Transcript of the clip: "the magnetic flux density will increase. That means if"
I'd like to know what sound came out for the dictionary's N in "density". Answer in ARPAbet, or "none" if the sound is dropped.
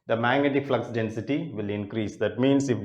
N